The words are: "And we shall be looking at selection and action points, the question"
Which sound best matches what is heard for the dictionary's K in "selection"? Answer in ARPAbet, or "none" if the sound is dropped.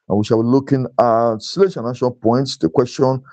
none